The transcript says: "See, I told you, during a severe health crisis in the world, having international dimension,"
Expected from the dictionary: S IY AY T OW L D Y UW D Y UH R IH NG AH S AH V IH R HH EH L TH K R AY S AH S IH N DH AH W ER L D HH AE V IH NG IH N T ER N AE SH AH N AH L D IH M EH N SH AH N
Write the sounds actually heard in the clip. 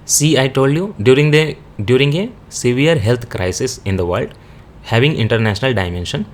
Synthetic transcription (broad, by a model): S IY AY T OW L D Y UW D Y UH R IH NG AH S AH V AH R HH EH L T K R AY S AH S IH N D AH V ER L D HH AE V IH NG IH N T ER N AE SH AH N AH L D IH M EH N SH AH N